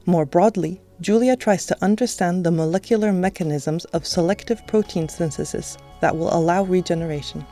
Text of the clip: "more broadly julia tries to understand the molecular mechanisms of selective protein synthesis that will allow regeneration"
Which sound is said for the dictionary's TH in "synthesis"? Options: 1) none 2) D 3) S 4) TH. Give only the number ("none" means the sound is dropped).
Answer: 3